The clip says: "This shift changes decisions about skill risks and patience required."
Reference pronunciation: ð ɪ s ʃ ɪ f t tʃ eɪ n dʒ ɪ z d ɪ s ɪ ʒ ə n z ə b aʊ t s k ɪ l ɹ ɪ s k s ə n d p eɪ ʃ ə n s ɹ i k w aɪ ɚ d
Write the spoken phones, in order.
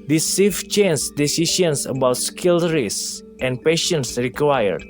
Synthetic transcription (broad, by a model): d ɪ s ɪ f tʃ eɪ n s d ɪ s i ʃ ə n s ə b aʊ t s k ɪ l ɹ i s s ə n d p eɪ ʃ ə n s ɹ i k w aɪ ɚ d